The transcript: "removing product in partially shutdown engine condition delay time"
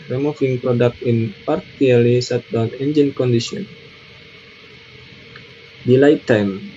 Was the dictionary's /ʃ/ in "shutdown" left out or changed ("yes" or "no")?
yes